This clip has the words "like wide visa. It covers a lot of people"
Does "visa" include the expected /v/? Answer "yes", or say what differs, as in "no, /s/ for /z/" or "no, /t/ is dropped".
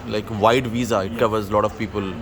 yes